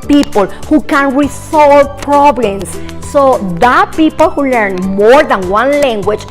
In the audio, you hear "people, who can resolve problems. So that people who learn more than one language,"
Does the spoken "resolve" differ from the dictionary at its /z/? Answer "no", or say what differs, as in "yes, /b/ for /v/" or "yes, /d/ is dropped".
yes, /s/ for /z/